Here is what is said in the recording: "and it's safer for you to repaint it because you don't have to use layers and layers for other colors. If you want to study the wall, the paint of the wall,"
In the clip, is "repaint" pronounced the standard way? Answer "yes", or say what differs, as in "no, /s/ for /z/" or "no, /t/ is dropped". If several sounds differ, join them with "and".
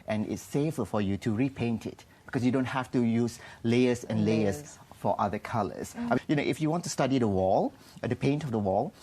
yes